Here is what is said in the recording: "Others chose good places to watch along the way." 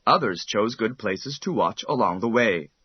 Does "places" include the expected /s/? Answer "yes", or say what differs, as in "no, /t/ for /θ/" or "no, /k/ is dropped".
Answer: yes